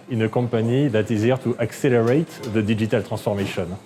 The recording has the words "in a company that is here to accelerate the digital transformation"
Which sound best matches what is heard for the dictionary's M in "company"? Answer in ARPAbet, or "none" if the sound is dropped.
none